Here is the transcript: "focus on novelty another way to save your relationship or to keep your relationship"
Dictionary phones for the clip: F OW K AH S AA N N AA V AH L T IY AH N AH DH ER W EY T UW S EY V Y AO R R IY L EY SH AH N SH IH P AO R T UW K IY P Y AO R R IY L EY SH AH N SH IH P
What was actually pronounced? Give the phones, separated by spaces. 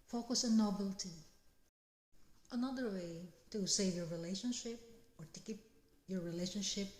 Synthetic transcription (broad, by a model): F OW K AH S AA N N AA B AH L T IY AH N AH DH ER W EY T UW S EY V Y AO R R IY L EY SH AH N SH IH P AO R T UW K IY P Y AO R R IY L EY SH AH N SH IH P